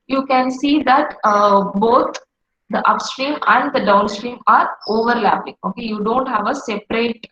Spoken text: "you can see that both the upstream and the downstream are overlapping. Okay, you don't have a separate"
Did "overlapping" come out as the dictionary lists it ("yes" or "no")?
yes